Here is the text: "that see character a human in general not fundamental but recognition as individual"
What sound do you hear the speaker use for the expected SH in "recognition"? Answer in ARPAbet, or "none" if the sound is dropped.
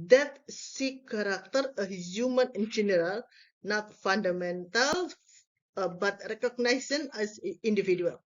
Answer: S